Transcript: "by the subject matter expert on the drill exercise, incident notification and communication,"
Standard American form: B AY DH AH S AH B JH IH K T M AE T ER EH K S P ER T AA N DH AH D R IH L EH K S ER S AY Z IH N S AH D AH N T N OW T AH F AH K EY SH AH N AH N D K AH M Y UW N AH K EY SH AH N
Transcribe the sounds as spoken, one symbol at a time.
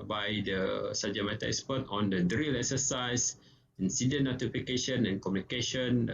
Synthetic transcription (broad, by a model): B AY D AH S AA JH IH M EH T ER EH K S P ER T AA N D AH D R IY L EH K S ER S AY S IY N S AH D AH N N OW T AH F AH K EY SH AH N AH N K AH M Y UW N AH K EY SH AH N